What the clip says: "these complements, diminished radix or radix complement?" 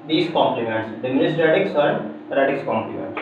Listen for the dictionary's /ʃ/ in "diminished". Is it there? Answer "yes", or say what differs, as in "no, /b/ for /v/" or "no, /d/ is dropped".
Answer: no, /s/ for /ʃ/